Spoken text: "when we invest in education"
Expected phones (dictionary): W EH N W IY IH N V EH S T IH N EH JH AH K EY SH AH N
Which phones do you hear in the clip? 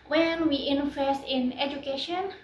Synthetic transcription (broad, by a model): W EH N W IY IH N F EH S IH N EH JH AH K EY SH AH N